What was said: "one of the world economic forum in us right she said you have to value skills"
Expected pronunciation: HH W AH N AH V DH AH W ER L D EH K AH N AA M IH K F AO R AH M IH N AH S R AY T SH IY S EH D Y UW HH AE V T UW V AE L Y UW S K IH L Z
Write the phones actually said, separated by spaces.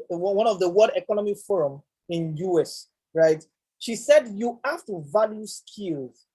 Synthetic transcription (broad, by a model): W W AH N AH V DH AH W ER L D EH K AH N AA M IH F AO R AH M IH N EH S R AY T SH IY S EH D Y UW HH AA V T UW V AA L Y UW S K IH L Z